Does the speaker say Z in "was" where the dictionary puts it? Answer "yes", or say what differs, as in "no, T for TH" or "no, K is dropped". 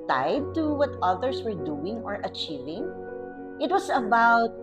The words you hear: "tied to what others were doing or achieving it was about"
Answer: no, S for Z